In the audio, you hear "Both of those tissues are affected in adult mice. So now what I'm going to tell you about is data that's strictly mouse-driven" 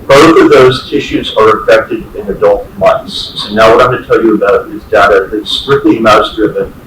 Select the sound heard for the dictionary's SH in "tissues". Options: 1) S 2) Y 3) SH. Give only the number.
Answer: 3